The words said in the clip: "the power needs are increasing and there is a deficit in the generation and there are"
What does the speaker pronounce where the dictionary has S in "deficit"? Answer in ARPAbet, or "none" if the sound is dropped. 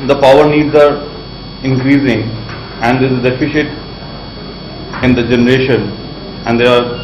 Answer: SH